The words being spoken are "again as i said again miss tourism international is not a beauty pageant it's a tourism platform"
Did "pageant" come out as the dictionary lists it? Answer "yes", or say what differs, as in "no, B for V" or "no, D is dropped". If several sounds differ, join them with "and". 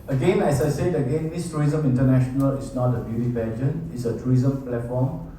no, T is dropped